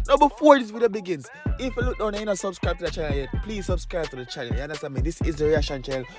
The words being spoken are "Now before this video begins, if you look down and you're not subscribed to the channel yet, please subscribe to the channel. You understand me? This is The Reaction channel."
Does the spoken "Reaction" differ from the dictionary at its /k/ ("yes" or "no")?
yes